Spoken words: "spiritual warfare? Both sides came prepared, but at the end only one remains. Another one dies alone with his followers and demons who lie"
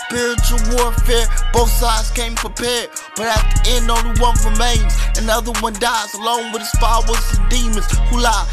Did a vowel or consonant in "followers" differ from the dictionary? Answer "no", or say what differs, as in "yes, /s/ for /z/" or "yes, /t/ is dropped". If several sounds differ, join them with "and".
yes, /w/ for /l/